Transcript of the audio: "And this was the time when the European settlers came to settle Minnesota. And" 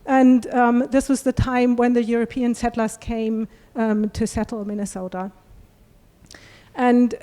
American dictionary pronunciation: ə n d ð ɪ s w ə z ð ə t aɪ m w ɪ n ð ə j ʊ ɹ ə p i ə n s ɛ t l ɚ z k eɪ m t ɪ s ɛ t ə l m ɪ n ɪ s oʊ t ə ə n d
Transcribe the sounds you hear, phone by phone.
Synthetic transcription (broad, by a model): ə n ð ɪ s w ə z ð ə t aɪ m w ɪ n ð ə j ʊ ɹ ə p i ə n s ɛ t l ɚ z k eɪ m t ɪ s ɛ t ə m ɪ n ɪ s oʊ t ə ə n